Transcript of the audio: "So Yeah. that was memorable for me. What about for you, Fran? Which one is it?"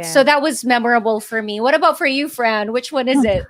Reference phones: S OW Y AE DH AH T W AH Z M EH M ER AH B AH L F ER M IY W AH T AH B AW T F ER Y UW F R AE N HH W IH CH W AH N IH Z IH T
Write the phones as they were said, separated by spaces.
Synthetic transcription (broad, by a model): S OW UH DH AH T W AH Z M EH M ER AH B L F ER M IY W AH T AH B AW T F ER Y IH F R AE N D W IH CH W AH N IH Z IH T